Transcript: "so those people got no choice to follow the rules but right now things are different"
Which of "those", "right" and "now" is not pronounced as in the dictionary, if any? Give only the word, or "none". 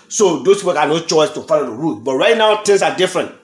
those